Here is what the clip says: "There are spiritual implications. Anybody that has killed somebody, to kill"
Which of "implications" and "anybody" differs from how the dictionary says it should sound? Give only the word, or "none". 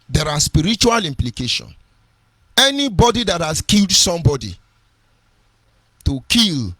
implications